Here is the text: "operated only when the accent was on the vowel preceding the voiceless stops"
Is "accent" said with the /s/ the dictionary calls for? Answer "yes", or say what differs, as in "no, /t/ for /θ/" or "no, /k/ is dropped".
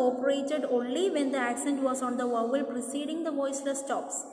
yes